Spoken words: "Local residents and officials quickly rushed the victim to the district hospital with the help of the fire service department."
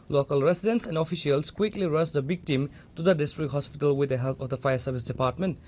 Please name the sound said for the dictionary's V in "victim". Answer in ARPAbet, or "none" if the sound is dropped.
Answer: B